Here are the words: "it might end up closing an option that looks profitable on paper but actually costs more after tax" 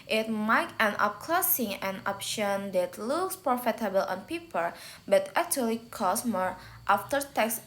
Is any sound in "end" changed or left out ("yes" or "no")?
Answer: yes